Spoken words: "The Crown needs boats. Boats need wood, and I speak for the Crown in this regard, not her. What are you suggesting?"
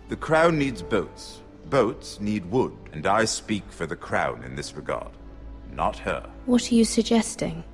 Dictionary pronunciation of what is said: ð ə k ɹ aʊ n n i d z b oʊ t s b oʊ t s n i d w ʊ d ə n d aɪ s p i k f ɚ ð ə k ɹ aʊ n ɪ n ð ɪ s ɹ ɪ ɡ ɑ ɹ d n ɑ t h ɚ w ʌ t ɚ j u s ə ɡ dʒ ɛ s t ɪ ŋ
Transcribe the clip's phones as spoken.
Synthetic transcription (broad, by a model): ð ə k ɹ aʊ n n i d z b oʊ t s b oʊ t s n i d w ʊ d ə n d aɪ s p i k f ɚ ð ə k ɹ aʊ n ɪ n ð ɪ s ɹ ɪ ɡ ɑ ɹ d n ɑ t h ɚ w ʌ t ɚ j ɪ s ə ɡ dʒ ɛ s t ɪ ŋ